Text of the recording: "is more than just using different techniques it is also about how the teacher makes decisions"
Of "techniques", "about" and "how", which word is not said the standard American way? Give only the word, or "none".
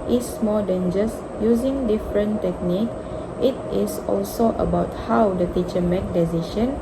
techniques